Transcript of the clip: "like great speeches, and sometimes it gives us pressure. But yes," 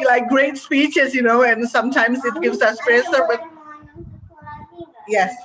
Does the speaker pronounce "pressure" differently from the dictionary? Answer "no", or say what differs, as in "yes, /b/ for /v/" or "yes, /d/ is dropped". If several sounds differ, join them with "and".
yes, /s/ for /ʃ/